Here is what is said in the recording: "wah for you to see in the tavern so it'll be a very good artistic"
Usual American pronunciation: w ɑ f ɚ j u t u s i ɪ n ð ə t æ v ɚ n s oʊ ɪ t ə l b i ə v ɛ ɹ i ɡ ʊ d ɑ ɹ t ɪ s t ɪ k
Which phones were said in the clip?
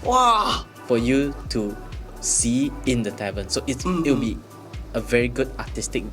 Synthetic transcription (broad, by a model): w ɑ f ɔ j u t u s i ɪ n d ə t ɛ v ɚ n s oʊ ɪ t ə w b i ə v ɛ ɹ i ɡ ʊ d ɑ t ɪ s t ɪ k